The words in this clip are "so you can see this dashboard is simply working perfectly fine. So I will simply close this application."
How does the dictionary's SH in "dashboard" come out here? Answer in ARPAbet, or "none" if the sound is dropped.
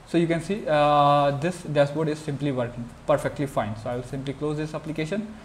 S